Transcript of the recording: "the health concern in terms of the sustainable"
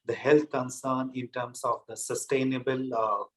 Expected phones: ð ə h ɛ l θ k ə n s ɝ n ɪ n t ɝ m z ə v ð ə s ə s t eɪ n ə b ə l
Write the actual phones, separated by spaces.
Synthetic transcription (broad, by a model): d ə h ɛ l t k ə n s ɝ n ɪ n t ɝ m s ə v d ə s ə s t eɪ n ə b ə l